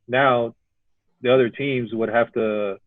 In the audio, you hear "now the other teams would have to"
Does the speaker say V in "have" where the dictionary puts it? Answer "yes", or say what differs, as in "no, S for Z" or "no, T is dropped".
no, F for V